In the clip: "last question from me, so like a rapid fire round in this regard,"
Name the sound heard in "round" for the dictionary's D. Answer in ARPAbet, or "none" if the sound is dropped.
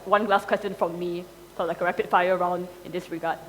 D